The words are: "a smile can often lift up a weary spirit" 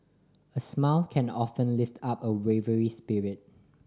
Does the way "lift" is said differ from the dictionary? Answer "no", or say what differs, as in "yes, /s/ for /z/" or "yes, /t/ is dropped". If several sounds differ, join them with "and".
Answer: no